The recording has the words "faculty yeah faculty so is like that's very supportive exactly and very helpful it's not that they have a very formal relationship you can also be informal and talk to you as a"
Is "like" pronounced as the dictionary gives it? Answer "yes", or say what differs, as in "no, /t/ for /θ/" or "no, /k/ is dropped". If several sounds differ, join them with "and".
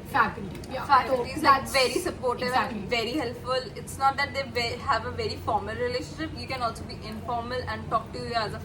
no, /n/ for /l/